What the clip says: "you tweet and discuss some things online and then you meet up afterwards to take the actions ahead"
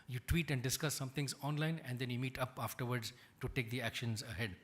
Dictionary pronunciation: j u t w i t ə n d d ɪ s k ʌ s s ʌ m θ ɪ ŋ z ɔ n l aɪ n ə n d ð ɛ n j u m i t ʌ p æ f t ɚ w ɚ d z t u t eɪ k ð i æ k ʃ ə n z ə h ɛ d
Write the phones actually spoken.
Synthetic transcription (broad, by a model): j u t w i t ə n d d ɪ s k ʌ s s ʌ m t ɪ ŋ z ɔ n l aɪ n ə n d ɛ n j u m i t ʌ p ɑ f t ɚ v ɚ d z t u t eɪ k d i æ k ʃ ə n z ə h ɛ d